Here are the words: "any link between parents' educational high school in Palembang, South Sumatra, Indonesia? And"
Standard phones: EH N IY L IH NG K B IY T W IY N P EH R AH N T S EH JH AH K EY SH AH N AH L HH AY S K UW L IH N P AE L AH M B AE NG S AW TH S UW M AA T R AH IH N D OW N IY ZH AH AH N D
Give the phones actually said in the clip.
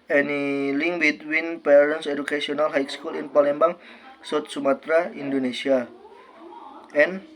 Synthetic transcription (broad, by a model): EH N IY L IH NG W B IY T W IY N P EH R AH N S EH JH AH K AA S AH N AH L HH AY S K UW L IH N P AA L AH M B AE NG S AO T S UW M AA T R AH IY N D OW N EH S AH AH N